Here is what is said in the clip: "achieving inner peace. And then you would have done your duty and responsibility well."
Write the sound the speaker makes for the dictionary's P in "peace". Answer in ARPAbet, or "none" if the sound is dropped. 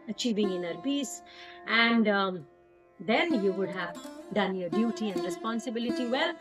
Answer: B